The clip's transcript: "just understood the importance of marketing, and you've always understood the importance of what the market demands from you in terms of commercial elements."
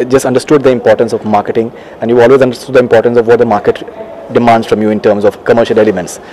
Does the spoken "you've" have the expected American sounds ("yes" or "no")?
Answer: no